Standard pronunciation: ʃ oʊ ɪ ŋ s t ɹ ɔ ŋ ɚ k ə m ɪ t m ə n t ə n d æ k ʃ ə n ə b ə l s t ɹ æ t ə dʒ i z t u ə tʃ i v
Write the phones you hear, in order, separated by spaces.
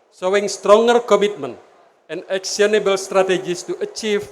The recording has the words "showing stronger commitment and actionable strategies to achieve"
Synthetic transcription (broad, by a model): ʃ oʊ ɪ ŋ s t ɹ ɔ ŋ ɚ k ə m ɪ t m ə n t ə n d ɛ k s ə n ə b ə l s t ɹ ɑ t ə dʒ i s t u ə tʃ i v